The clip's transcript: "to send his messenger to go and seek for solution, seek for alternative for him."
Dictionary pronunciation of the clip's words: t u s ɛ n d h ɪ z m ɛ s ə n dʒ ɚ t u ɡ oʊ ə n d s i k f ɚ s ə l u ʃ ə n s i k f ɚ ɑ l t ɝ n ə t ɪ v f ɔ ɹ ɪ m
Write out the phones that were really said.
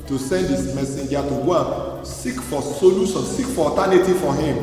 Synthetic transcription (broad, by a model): t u s ɛ n d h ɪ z m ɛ s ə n dʒ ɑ t u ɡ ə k s i k f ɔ s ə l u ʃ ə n s i k f ɑ t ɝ n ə t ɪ f ɔ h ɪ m